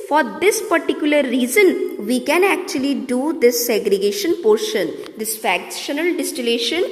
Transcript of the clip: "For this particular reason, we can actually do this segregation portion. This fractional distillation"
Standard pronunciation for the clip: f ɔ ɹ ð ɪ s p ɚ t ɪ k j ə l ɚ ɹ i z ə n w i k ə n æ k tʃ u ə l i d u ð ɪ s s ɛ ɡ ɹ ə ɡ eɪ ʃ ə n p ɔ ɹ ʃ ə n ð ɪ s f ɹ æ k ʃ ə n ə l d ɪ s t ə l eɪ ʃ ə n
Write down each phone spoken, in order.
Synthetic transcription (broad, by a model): f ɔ ɹ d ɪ s p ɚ t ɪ k j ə l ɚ ɹ i z ə n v i k ə n æ k tʃ u ə l i d u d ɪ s s ɛ ɡ ɹ ə ɡ eɪ ʃ ə n p ɔ ɹ ʃ ə n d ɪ s f æ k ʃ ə n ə l d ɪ s t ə l eɪ ʃ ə n